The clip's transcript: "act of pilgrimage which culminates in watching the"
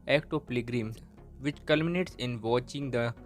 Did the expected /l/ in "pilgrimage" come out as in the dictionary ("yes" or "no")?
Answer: no